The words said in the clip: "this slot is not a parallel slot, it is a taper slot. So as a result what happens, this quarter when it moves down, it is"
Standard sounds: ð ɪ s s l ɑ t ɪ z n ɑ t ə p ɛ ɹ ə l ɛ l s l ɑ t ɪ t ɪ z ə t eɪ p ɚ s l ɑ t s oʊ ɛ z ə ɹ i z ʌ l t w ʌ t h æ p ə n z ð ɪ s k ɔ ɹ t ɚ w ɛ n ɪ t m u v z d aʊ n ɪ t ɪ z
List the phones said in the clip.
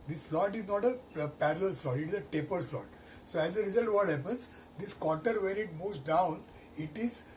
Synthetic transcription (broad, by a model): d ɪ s s l ɑ t ɪ z n ɑ t ə p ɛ ɹ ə l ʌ l s l ɑ t ɪ t ɪ z ə t eɪ p ɚ s l ɑ t s oʊ ɛ z ə ɹ i z ʌ l t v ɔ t h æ p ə n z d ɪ s k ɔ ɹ t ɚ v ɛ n ɪ t m u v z d aʊ n ɪ t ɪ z